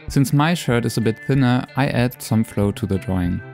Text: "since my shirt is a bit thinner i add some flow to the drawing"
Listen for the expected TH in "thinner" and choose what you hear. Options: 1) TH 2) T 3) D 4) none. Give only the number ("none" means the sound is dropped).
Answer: 1